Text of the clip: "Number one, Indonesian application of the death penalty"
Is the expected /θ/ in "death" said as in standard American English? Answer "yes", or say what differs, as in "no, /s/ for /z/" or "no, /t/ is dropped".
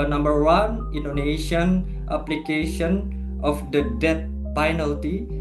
no, /t/ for /θ/